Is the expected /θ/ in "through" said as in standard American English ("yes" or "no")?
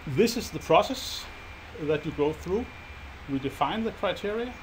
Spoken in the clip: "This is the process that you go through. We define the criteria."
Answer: yes